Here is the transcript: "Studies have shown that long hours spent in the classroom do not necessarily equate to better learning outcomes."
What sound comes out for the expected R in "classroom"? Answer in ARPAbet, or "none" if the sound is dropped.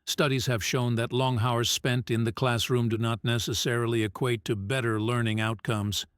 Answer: R